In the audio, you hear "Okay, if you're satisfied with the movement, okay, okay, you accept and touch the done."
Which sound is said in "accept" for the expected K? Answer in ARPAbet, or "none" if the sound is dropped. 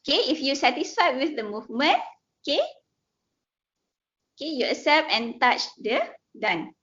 none